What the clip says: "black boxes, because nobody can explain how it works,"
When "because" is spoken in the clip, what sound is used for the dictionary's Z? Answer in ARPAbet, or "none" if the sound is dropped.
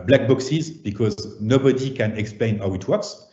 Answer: Z